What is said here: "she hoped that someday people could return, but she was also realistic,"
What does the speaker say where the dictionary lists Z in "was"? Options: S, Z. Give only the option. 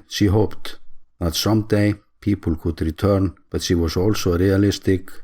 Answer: S